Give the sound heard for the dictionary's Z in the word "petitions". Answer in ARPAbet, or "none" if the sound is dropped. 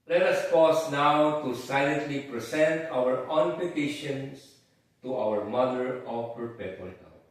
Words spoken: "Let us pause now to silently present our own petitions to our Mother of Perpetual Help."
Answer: S